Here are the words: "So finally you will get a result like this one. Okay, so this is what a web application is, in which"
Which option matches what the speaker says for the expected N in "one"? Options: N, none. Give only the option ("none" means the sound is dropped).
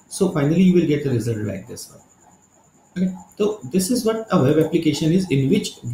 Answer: none